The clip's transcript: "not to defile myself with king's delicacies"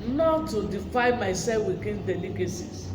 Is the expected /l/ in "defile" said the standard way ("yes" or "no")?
no